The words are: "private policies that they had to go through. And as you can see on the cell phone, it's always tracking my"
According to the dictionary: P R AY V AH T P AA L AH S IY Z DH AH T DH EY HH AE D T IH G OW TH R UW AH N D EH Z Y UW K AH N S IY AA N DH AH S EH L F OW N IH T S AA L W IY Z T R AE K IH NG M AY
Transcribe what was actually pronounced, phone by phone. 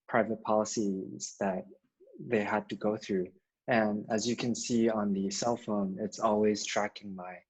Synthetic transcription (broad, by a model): P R AY V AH T P AA L AH S IY Z DH AH T DH EY HH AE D T IH G OW TH R UW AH N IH Z Y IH K AH N S IY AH N DH AH S EH L F OW N IH T S AA L W IY Z T R AE K IH NG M AY